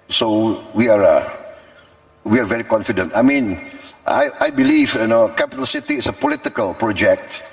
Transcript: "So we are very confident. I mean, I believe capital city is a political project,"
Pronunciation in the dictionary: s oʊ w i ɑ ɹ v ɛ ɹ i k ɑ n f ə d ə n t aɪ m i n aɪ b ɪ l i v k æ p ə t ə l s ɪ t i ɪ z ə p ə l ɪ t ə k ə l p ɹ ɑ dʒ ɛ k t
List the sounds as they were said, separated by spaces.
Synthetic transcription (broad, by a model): s oʊ w i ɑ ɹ v ɛ ɹ i k ɑ n f ə d ə n t aɪ m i n aɪ b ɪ l i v k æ p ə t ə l s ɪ t i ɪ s ə p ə l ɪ t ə k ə l p ɹ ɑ dʒ ɛ k t